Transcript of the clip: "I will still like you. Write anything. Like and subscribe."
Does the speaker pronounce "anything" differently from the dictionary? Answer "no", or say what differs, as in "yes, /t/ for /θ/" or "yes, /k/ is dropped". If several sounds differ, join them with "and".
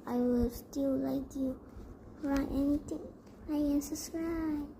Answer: yes, /t/ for /θ/